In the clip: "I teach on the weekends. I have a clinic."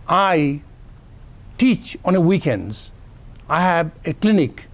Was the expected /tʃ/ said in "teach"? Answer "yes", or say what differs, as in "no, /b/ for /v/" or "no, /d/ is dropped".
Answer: yes